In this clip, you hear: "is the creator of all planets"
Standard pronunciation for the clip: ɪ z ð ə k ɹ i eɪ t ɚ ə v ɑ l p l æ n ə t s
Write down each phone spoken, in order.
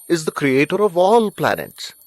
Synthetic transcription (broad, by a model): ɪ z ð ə k ɹ i eɪ t ɚ ə v ɑ l p l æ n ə t s